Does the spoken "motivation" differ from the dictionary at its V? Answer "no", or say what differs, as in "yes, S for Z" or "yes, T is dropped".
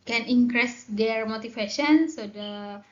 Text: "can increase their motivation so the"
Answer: yes, F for V